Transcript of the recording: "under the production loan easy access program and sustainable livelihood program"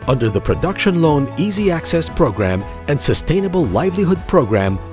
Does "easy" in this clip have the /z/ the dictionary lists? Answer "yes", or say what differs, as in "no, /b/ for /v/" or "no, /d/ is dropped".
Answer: yes